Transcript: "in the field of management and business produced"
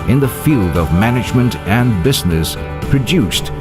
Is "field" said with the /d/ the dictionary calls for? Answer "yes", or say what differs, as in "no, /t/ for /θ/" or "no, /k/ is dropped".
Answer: yes